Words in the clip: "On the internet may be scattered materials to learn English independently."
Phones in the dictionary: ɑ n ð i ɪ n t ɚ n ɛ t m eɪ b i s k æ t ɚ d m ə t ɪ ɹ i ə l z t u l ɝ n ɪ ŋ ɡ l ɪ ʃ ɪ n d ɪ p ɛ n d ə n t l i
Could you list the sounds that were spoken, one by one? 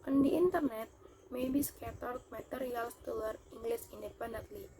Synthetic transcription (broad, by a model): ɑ n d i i n t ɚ n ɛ t m eɪ b i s k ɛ t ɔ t m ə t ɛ ɹ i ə l s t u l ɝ i ŋ ɡ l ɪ s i n d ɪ p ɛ n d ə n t l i